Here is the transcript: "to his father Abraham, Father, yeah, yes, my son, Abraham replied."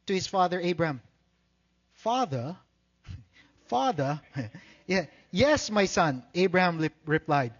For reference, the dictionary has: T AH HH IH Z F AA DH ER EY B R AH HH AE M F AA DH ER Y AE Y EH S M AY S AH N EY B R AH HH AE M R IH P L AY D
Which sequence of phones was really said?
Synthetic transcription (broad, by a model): T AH HH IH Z F AA DH ER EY B R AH HH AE M F AA DH ER Y AE Y EH S M AY S AH N EY B R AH HH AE M R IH P L AY D